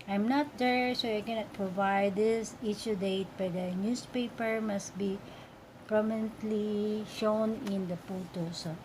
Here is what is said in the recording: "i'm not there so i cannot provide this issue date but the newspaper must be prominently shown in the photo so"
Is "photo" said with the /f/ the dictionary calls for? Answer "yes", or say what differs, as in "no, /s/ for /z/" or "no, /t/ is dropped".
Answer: no, /p/ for /f/